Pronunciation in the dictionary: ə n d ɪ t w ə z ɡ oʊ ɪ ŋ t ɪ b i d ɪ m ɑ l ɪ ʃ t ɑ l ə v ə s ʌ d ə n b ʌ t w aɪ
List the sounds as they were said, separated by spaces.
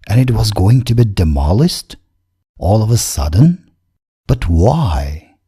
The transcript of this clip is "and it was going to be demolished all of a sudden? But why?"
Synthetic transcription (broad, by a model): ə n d ɪ t w ə z ɡ oʊ ɪ ŋ t ɪ b i d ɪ m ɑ l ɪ s t ɑ l ə v ə s ʌ d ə n b ʌ t w aɪ